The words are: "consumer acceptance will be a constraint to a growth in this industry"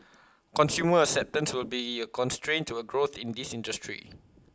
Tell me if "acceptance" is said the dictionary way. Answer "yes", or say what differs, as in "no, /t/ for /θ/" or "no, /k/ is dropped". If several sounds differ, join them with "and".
no, /k/ is dropped